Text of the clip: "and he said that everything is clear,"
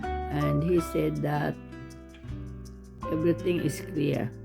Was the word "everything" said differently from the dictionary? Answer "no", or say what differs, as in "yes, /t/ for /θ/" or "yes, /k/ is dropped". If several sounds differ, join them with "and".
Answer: yes, /t/ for /θ/